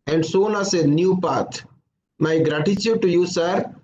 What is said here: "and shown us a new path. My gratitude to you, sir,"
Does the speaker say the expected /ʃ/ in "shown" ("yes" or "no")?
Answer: no